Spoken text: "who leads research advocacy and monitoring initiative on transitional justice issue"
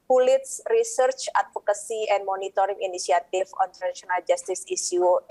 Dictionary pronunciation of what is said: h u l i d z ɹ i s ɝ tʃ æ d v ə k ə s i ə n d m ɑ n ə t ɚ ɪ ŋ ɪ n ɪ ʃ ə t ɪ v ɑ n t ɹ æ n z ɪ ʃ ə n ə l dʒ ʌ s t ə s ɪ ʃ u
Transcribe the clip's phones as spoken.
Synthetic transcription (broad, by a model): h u l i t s ɹ i s ɝ tʃ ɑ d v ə k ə s i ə n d m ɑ n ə t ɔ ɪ ŋ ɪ n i s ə t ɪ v ɑ n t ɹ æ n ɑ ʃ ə n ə l dʒ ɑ s t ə s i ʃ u